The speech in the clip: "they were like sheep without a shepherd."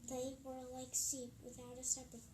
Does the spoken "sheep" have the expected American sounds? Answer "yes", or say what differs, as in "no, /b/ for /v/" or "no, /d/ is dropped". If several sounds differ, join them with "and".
no, /s/ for /ʃ/